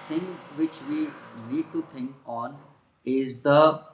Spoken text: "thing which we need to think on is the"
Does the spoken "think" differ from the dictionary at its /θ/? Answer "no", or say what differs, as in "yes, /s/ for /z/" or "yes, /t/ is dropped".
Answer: yes, /t/ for /θ/